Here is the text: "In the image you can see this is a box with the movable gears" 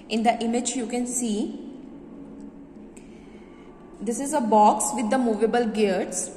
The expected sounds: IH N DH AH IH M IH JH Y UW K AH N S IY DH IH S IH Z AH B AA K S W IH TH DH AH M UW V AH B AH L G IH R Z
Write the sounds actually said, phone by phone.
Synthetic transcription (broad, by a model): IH N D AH IH M IH JH Y UW K AH N S IY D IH S IH Z AH B AA K S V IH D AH M UW V AH B AH L G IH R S